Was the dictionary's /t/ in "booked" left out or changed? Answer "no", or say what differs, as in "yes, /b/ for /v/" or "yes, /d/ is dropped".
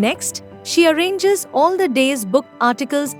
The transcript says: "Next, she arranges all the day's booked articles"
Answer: yes, /t/ is dropped